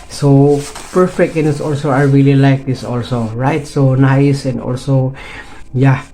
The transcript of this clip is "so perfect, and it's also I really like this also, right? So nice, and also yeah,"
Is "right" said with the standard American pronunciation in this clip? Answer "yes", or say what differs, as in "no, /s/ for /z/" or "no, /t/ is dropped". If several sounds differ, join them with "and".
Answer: yes